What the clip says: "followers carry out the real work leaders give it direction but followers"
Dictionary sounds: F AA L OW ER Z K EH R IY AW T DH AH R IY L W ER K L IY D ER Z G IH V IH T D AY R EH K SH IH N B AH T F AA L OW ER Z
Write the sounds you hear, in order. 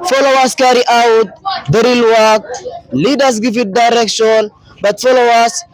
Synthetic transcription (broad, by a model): F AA L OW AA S K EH R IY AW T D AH R IY L W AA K L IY D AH S G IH F IH T D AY R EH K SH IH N B AH T F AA L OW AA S